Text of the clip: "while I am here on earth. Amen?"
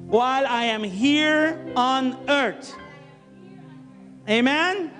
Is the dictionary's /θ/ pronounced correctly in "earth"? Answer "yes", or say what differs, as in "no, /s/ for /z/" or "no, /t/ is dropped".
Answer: no, /t/ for /θ/